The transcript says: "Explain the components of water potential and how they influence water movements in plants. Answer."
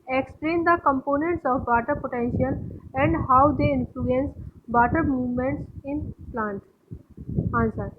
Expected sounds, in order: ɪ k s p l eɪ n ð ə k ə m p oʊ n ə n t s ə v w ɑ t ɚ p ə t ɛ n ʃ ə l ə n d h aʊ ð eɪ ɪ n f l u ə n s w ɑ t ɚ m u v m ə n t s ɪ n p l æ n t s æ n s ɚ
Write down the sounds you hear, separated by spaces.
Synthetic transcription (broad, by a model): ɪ k s p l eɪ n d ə k ə m p oʊ n ə n t s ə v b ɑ t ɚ p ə t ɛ n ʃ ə l ə n d h aʊ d eɪ ɪ n f l u ə n s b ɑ t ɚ m u v m ə n t s ɪ n p l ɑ n t ɑ n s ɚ